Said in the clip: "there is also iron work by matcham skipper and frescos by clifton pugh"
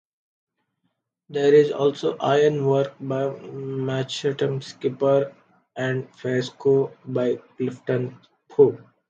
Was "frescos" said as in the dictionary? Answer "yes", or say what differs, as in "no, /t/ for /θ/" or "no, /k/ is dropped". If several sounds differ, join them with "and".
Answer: no, /ɹ/ is dropped and /z/ is dropped